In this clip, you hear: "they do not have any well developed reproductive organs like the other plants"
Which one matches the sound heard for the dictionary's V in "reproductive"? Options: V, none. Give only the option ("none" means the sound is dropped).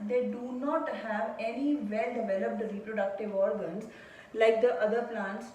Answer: V